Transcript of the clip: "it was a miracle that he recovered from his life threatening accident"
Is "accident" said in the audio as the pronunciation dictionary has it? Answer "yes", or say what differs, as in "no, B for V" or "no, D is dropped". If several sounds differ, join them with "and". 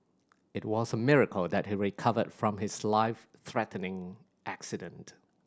yes